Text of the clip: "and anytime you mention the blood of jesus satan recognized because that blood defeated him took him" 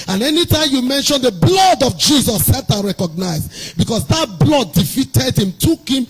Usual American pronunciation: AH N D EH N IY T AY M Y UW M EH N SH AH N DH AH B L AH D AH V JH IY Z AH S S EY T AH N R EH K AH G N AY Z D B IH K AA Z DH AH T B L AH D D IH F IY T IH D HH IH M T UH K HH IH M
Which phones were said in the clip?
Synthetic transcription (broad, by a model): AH N EH N IY T AY M Y UW M EH N SH AH N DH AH B L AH D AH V JH IY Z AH S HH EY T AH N R EH K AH G N AY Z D B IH K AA S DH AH T B L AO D D IH F IY T IH D HH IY M T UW K HH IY M